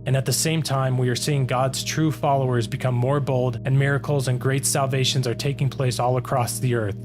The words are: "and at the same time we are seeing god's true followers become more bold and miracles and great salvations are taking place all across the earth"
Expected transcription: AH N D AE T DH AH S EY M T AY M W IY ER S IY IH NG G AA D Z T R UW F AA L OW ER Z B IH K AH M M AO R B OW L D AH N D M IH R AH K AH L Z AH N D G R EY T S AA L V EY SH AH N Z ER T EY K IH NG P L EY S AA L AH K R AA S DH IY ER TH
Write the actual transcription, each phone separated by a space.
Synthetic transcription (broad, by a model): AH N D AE T DH AH S EY M T AY M W IY ER S IY IH NG G AA D Z T R UW F AA L OW ER Z B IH K AH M M AO R B OW L D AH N M IH R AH K L Z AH N G R EY T S AA L V EY SH AH N Z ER T EY K IH NG P L EY S AA L AH K R AA S DH IY ER TH